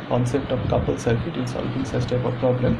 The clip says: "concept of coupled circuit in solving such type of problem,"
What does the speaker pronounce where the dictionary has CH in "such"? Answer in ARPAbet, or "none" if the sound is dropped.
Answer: S